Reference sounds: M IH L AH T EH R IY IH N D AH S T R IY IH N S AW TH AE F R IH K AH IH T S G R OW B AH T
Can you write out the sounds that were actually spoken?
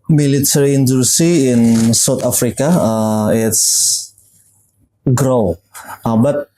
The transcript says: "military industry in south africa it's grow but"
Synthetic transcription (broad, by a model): M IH L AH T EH R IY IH N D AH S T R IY IH N S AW T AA F R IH K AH IH T S G R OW B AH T